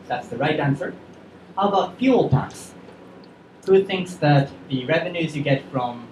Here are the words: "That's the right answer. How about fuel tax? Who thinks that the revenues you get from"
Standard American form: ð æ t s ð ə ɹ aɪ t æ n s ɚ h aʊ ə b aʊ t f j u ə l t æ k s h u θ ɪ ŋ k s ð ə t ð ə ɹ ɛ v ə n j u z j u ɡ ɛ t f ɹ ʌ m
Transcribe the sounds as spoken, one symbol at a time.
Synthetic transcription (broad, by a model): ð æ t s ð ə ɹ aɪ t æ n s ɚ h aʊ ə b aʊ t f j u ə l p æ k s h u θ ɪ ŋ k s ð ə t ð ə ɹ ɛ v ə n j u z j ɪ ɡ ɛ t f ɹ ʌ m